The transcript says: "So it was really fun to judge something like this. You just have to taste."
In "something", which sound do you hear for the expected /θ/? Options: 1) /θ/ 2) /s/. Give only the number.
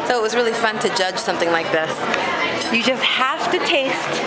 1